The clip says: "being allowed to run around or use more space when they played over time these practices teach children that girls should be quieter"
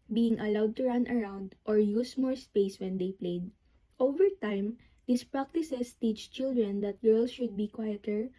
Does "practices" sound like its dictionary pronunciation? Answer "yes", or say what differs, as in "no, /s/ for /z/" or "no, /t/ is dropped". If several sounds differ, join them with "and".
no, /s/ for /z/